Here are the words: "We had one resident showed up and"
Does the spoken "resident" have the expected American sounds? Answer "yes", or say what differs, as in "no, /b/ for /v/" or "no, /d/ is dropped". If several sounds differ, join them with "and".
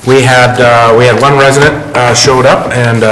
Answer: yes